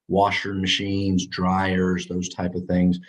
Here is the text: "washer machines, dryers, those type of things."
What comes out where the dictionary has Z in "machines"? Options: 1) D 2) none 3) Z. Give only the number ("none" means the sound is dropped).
3